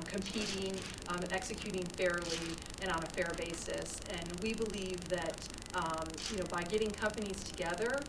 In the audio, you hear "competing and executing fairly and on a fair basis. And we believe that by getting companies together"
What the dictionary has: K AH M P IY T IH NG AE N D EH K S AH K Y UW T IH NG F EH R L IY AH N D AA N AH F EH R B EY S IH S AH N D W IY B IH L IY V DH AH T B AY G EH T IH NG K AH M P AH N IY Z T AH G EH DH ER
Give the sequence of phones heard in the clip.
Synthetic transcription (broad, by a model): K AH M P IY T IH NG EH K S AH K Y UW T IH NG F EH R L IY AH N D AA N AH F EH R B EY S IH S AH N W IY B IH L IY V DH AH T B AY G EH T IH NG K AH M P AH N IY Z T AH G EH DH ER